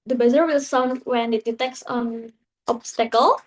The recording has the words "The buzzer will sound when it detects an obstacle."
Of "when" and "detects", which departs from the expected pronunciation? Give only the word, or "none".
none